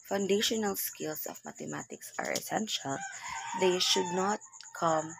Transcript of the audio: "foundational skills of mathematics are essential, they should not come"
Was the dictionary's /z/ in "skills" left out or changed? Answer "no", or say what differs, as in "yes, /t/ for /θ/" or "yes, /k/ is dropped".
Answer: yes, /s/ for /z/